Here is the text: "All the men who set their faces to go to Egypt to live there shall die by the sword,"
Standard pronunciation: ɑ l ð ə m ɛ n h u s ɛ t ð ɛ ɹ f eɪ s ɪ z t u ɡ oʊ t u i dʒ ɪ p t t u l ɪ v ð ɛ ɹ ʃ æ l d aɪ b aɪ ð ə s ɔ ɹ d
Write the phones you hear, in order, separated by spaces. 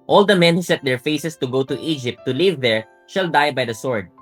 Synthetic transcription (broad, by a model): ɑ l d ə m ɛ n h u s ɛ t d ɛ ɹ f eɪ s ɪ s t u ɡ oʊ t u i dʒ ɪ p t t u l ɪ v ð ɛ ɹ ʃ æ l d aɪ b aɪ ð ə s ɔ ɹ d